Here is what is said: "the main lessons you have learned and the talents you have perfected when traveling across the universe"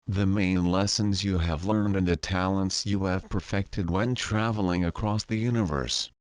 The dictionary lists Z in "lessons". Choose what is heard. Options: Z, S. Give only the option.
Z